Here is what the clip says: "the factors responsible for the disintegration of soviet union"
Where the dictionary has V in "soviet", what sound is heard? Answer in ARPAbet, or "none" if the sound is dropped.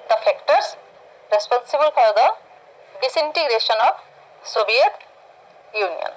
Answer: B